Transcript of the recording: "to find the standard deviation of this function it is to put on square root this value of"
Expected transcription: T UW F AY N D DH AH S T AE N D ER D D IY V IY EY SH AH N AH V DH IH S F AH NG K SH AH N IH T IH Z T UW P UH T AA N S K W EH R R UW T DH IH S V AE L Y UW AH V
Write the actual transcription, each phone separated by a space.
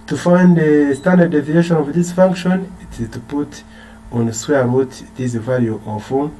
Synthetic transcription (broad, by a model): T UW F AY N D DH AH S T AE N D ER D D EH V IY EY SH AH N AH V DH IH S F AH NG K SH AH N IH T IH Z T UW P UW T AA N S W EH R R UW T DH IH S V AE L Y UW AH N